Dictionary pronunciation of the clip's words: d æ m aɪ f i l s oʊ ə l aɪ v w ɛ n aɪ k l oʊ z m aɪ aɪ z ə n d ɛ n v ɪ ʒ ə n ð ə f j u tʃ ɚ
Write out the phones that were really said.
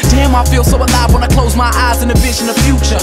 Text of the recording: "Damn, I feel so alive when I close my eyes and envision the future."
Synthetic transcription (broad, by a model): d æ m aɪ f i l s oʊ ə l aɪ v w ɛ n aɪ k l oʊ z m aɪ aɪ z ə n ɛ v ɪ ʃ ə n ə f j u tʃ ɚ